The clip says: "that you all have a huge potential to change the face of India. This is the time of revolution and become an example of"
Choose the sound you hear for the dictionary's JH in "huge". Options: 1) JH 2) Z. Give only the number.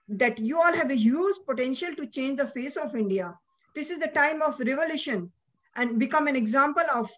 2